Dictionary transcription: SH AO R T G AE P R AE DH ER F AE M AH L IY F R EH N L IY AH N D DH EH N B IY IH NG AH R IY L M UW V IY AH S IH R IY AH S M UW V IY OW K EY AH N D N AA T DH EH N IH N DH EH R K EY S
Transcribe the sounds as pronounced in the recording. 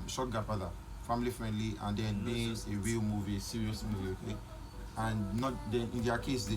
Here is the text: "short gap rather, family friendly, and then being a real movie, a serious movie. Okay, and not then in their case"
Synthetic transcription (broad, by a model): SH AO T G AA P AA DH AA F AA M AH L IY F R EH N L IY AH N D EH N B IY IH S AH W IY M UW V IY S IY R IY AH S M UW V IY OW K EY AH N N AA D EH N IH N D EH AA K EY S